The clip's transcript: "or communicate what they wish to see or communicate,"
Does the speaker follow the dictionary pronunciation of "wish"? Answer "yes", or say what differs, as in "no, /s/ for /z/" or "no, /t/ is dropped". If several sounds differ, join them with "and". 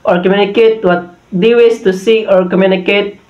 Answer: no, /s/ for /ʃ/